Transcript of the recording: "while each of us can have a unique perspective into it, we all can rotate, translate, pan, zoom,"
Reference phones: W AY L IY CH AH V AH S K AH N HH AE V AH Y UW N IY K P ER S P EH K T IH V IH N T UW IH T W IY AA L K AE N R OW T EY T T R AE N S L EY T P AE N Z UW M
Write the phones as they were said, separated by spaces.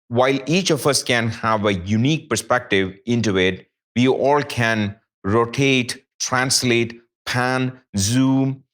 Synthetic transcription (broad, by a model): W AY L IY CH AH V AH S K AH N HH AE V AH Y UW N IY K P ER S P EH K T IH V IH N T UW IH T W IY AA L K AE N R OW T EY T T R AE N S L EY T P AE N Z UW M